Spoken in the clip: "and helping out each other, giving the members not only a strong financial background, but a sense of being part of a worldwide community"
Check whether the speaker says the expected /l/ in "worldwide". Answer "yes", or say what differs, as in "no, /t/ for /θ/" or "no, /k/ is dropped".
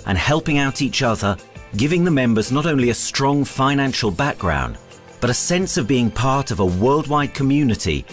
yes